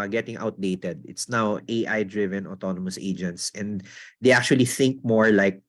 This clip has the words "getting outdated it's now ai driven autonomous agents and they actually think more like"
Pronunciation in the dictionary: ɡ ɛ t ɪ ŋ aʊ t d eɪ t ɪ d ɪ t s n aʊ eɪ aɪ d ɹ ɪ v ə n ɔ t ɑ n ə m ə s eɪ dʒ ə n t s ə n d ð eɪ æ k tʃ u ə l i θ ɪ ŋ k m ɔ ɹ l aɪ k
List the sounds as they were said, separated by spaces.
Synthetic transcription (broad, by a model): ɡ ɛ t ɪ ŋ aʊ t d eɪ t ɪ d ɪ t s n aʊ eɪ aɪ d ɹ ɪ v ə n ɔ t ɑ n ə m ə s eɪ dʒ ə n t s ə n d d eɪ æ k tʃ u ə l i θ ɪ ŋ k m ɔ ɹ l aɪ k